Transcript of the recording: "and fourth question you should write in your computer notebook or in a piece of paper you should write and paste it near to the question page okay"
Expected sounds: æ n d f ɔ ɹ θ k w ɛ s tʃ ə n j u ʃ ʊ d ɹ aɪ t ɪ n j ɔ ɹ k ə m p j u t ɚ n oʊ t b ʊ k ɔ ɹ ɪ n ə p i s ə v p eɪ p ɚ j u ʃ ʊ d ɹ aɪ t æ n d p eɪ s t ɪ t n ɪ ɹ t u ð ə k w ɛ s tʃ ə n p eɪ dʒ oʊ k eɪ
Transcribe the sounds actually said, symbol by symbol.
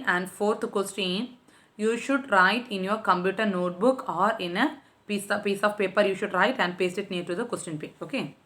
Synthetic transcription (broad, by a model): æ n d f ɔ ɹ t k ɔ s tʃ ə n j u ʃ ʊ d ɹ aɪ t ɪ n j ɔ ɹ k ə m p j u t ɚ n oʊ t b ʊ k ɔ ɹ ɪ n ə p i s ə v p eɪ p ɚ j u ʃ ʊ d ɹ aɪ t æ n d p eɪ s ɪ t n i ɹ t u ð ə k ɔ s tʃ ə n p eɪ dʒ oʊ k eɪ